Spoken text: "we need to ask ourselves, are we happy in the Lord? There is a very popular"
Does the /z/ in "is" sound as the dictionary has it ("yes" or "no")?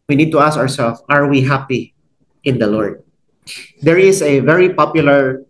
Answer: no